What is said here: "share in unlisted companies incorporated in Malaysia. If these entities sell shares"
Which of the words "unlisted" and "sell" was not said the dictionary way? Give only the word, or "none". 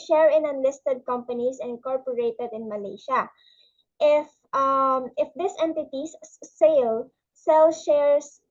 none